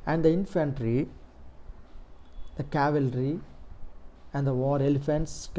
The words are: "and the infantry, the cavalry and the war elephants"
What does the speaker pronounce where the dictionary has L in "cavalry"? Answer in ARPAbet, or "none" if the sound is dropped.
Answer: L